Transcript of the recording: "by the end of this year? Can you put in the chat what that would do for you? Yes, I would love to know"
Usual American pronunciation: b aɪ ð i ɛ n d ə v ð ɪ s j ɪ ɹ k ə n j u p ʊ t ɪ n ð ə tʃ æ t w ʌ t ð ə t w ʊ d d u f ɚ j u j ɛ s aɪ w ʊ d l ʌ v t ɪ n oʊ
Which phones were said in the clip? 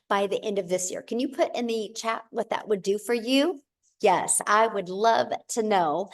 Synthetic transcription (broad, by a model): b aɪ ð i ɛ n d ə v ð ɪ s j ɪ ɹ k ə n j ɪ p ʊ t ɪ n ð ə tʃ æ t w ʌ t ð ə t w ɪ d d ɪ f ɚ j u j ɛ s aɪ w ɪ d l ʌ v t ɪ n oʊ